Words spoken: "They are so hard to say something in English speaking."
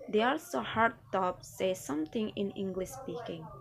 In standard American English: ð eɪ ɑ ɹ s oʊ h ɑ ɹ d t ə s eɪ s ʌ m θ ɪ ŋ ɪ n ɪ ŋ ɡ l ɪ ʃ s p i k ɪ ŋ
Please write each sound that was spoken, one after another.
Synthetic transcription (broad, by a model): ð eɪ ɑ l s oʊ h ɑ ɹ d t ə s eɪ s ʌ m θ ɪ ŋ ɪ n ɪ ŋ ɡ l ɪ ʃ s p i k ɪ ŋ